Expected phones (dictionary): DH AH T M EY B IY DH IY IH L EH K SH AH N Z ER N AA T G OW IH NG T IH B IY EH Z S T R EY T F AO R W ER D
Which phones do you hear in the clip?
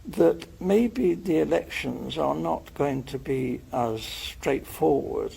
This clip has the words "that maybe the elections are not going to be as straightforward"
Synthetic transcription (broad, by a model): DH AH T M EY B IY DH IY IH L EH K SH AH N Z ER N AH T G OW IH NG T IH B IY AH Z S T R EY T F AO R W ER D